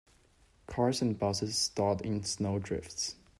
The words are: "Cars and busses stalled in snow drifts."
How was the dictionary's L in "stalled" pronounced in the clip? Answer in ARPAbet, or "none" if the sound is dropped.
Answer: none